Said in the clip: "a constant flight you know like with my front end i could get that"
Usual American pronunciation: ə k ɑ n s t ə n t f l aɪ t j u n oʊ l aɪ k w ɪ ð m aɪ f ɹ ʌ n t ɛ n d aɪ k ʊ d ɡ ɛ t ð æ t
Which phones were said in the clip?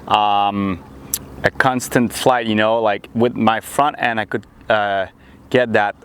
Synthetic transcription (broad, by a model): ə k ɑ n s t ə n t f l aɪ t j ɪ n oʊ l aɪ k w ɪ ð m aɪ f ɹ ʌ n t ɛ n aɪ k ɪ d ɡ ɛ t ð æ t